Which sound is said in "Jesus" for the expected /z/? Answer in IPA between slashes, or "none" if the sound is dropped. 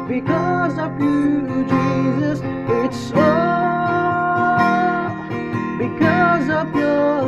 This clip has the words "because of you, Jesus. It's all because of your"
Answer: /z/